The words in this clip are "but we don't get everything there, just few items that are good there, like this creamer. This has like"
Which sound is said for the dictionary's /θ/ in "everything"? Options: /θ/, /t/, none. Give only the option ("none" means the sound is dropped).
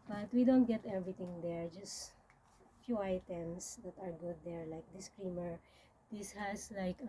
/t/